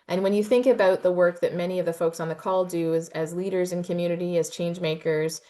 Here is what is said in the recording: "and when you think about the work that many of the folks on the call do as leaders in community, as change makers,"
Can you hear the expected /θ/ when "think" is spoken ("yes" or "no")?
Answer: yes